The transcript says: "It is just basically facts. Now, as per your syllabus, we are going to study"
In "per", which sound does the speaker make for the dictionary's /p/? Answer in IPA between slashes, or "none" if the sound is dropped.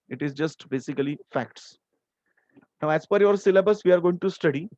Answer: /f/